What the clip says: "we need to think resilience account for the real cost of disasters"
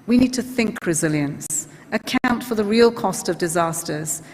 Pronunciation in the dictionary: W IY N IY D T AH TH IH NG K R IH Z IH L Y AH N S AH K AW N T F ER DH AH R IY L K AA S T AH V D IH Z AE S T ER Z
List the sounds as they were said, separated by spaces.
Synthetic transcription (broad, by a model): W IY N IY D T AH TH IH NG K R IH Z IH L Y AH N S AH K AW N T F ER DH AH R IY L K AA S T AH V D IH Z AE S T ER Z